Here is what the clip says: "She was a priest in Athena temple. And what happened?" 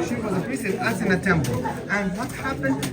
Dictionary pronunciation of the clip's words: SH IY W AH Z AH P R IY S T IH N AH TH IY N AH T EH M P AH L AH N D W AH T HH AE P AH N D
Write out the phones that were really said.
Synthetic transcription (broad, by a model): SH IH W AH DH AH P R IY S IH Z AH S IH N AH T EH M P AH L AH N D W AH T HH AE P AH N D